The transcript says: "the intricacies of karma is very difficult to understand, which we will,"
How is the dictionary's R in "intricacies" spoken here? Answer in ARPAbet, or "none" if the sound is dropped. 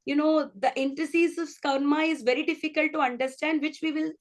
none